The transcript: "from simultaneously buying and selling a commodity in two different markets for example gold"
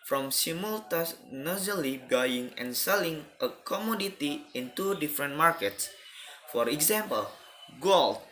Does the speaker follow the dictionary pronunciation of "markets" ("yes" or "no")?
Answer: yes